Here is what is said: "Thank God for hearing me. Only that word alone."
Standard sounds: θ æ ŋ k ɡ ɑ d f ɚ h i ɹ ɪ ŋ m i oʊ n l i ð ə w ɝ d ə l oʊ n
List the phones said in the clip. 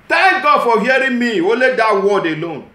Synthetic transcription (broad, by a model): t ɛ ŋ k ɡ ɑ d f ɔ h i ɹ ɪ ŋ m i oʊ l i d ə w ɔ d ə l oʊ n